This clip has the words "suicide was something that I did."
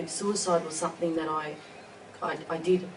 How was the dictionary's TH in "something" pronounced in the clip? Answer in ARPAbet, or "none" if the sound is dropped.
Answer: TH